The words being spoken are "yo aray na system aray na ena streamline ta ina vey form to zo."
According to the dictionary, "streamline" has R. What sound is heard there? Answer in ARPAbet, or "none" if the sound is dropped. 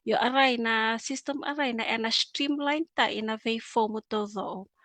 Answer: R